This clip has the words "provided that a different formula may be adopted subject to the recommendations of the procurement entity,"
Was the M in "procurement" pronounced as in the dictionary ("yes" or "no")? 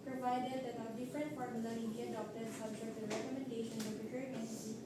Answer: no